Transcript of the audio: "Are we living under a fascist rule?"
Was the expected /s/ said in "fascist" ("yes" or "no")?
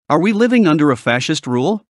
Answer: yes